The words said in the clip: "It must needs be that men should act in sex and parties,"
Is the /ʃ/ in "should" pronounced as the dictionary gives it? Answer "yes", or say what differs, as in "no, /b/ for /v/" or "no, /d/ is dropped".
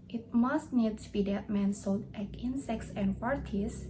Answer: no, /s/ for /ʃ/